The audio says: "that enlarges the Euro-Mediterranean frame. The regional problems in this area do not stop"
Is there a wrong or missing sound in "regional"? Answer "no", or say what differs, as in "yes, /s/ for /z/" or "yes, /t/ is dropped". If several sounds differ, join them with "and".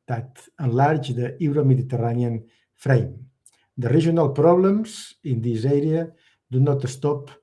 yes, /ʒ/ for /dʒ/